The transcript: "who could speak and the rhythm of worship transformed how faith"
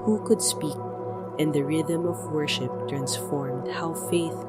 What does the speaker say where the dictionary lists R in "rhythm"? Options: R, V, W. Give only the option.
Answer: R